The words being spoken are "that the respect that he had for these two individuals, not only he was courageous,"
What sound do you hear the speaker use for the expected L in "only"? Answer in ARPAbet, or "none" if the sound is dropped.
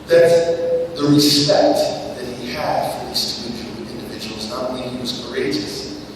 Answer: none